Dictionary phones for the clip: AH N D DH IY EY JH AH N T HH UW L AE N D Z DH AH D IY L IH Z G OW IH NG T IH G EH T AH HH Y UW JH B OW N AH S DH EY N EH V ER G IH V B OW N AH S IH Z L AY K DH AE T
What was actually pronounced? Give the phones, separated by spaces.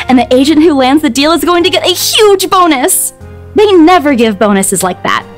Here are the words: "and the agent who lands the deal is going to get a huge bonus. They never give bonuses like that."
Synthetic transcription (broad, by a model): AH N DH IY EY JH AH N T HH UW L AE N D Z DH AH D IY L IH Z G OW IH NG T IH G EH T AH HH Y UW JH B OW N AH S DH EY N EH V ER G IH V B OW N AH S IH Z L AY K DH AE T